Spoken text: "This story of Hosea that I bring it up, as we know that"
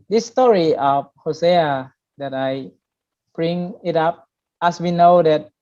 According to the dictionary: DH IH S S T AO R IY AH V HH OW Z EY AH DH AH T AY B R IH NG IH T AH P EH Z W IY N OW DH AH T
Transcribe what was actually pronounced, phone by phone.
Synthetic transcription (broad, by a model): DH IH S S T AO R IY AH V HH OW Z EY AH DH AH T AY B R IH NG IH T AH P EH S W IY N OW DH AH T